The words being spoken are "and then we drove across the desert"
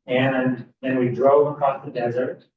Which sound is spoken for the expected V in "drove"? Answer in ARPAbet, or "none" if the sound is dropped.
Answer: V